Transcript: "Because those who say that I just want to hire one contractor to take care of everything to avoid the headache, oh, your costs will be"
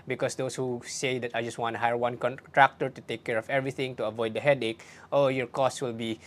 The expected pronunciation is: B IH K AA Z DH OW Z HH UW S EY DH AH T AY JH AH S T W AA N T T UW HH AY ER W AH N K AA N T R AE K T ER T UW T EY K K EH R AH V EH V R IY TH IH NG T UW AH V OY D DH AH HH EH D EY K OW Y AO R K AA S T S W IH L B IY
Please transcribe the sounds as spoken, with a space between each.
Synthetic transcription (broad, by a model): B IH K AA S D OW S HH UW S EY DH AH T AY JH AH S T W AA N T T UW HH AY ER W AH N K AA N T R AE K T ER T UW T EY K K EH R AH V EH V R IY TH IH NG T UW AH V OY D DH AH HH EH D EY K OW Y AO R K AA S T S W IH L B IY